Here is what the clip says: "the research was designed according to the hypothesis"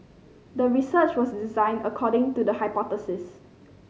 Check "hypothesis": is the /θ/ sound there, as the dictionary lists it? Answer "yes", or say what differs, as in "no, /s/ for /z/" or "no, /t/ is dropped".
no, /t/ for /θ/